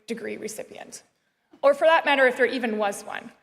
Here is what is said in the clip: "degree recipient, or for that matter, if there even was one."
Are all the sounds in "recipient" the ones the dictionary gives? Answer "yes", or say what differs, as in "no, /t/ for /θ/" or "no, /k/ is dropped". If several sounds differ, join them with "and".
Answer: yes